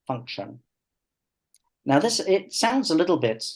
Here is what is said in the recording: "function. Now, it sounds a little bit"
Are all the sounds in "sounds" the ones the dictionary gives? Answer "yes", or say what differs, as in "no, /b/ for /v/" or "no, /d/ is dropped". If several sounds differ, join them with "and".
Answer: yes